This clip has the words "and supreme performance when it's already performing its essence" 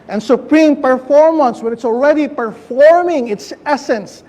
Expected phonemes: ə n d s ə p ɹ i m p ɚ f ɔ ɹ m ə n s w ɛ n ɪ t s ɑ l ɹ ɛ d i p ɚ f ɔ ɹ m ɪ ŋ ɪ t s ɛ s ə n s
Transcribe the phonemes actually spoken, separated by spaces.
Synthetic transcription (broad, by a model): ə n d s ə p ɹ i m p ɚ f ɔ ɹ m ə n s w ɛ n ɪ t s ɑ l ɹ ɛ d i p ɚ f ɔ ɹ m ɪ ŋ ɪ t s ɛ s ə n s